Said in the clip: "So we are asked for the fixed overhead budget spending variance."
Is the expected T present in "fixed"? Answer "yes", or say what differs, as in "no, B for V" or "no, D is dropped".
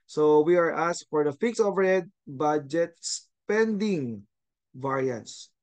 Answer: no, T is dropped